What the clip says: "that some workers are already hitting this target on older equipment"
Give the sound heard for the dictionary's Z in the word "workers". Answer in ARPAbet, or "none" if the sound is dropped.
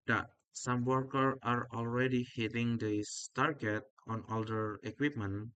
none